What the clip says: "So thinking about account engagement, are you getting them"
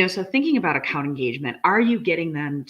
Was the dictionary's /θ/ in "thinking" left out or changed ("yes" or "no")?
no